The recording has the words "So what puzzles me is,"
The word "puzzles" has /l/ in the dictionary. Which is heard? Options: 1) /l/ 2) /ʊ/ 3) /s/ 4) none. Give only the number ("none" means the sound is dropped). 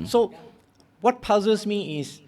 4